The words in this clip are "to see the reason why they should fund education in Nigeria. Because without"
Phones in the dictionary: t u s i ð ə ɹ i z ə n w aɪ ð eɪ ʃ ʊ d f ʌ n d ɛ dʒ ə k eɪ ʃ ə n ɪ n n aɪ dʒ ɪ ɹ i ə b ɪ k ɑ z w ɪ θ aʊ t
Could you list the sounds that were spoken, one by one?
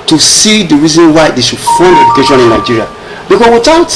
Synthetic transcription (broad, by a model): t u s i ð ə ɹ i z ə n w aɪ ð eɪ ʃ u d f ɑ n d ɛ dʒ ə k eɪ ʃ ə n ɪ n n aɪ dʒ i ɹ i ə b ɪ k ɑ s w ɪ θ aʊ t